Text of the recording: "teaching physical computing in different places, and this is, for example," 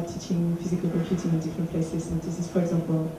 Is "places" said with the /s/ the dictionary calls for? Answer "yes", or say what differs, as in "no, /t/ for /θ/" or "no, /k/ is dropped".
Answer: no, /s/ is dropped